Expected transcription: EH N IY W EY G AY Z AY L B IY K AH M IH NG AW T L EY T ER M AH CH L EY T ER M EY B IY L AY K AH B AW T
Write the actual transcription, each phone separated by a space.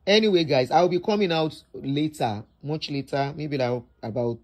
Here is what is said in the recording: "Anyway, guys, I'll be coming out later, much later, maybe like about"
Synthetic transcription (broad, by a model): EH N IY W EY G AY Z AY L B IY K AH M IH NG AW T L EY T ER M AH CH L EY T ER M EY B IY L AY AH B AW T